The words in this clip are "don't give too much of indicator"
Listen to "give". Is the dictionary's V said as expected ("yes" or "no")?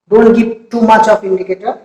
no